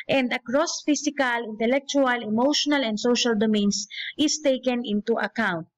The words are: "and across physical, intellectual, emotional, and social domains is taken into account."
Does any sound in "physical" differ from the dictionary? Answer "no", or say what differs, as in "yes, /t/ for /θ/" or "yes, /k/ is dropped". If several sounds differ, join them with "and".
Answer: yes, /s/ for /z/